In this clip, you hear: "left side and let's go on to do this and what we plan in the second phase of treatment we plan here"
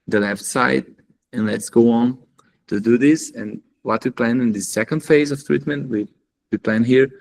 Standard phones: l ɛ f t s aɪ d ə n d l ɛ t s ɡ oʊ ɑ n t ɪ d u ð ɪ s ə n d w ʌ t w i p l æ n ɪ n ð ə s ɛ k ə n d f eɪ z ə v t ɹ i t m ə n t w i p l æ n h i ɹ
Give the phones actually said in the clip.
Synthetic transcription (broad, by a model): l ɛ f t s aɪ d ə n l ɛ t s ɡ oʊ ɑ n t ɪ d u ð ɪ s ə n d w ʌ t w i p l æ n ɪ n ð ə s ɛ k ə n d f eɪ z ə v t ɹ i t m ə n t w i p l æ n h i ɹ